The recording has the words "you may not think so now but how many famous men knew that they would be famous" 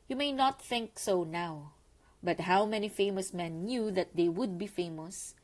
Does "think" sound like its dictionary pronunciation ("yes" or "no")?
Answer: yes